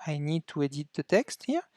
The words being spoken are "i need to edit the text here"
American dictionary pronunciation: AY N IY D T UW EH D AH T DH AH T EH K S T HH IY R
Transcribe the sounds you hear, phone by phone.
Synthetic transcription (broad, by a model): AY N IY D T UW EH D AH T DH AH T EH K S T HH IY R